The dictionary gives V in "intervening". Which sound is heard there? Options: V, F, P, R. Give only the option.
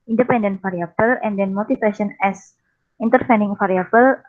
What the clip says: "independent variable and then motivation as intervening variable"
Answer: F